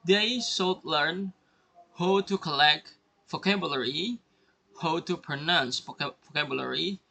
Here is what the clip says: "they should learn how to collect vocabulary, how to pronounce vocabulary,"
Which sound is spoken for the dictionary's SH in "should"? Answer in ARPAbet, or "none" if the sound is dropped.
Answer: S